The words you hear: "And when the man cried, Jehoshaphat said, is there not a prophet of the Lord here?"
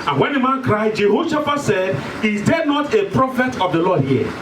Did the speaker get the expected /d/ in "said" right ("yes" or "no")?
yes